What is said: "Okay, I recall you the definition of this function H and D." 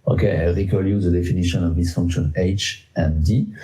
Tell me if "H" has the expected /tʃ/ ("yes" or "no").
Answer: yes